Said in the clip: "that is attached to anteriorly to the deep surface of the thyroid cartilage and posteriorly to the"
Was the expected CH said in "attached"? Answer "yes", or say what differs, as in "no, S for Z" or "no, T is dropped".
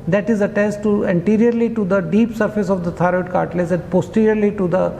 no, S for CH